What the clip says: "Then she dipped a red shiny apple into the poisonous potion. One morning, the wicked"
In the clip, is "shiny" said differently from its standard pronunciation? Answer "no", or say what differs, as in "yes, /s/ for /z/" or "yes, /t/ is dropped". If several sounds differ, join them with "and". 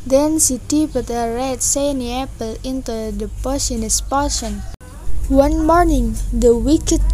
yes, /s/ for /ʃ/